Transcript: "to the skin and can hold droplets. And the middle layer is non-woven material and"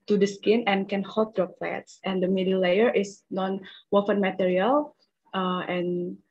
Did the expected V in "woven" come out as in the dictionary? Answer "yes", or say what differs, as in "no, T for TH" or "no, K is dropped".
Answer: no, F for V